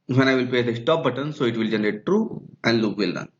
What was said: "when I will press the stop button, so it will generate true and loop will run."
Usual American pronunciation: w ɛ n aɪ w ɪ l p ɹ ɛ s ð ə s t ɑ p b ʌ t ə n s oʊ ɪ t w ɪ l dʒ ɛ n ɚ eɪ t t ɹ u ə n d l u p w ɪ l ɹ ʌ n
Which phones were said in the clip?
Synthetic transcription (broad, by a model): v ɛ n aɪ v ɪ l p ɛ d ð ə s t ɑ p b ʌ t ə n s oʊ ɪ t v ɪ l dʒ ɛ n ɚ eɪ t t ɹ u ə n d l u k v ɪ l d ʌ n